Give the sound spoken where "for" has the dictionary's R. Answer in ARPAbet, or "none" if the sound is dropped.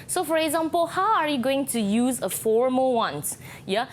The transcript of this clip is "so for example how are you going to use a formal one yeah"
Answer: R